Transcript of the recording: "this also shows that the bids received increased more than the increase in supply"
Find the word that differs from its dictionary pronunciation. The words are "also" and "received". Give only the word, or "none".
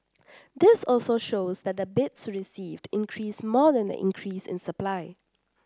none